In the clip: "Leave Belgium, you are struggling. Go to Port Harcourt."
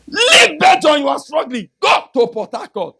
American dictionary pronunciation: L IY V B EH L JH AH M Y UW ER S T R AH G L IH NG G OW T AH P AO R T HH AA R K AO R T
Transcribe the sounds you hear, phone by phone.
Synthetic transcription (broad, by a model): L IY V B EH JH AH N Y UW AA S T R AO G L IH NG G OW T AH P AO T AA K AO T